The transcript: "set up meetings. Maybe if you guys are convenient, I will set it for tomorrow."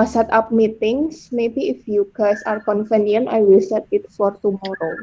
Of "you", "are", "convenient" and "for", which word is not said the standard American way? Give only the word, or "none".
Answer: convenient